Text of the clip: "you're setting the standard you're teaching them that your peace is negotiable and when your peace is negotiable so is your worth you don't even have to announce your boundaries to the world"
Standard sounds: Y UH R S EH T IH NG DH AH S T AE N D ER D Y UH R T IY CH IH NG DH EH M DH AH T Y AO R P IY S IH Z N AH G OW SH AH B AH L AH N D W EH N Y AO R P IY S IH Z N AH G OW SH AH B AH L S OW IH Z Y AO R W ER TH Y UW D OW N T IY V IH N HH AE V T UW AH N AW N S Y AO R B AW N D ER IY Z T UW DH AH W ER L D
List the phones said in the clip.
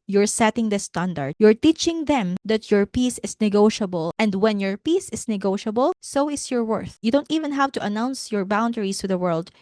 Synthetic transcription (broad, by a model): Y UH R S EH T IH NG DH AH S T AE N D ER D Y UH R T IY CH IH NG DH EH M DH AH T Y AO R P IY S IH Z N AH G OW SH AH B AH L AH N D W EH N Y AO R P IY S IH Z N AH G OW SH AH B AH L S OW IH S Y AO R W ER TH Y UW D OW N T IY V IH N HH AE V T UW AH N AW N S Y AO R B AW N D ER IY S T UW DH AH W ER L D